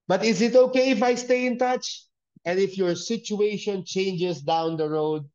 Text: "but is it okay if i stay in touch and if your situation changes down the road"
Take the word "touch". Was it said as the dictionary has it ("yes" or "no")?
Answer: yes